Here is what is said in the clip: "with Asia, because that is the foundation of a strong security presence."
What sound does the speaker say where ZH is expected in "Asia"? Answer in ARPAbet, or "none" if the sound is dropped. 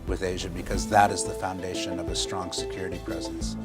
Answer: ZH